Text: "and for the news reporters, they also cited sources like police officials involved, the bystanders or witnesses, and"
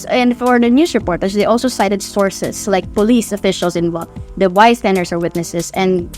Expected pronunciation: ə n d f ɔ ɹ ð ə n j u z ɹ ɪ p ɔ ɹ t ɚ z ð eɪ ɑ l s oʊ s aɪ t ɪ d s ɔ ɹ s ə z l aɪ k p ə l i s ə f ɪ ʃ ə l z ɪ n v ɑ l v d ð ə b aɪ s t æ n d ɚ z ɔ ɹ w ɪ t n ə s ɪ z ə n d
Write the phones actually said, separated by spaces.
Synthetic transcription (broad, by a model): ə n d f ɔ ɹ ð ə n j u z ɹ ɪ p ɔ ɹ t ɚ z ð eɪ ɑ l s oʊ s aɪ t ɪ d s ɔ ɹ s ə s l aɪ k p ə l i s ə f ɪ ʃ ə l s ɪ n w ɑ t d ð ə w aɪ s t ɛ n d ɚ s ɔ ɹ w ɪ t n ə s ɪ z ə n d